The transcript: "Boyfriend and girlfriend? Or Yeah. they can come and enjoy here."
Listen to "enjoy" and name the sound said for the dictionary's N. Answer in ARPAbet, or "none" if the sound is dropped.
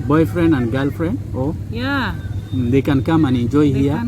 none